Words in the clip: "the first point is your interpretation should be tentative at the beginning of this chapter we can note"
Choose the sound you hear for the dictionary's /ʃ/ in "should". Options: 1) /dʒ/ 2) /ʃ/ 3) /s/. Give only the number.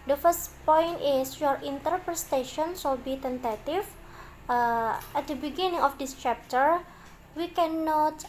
3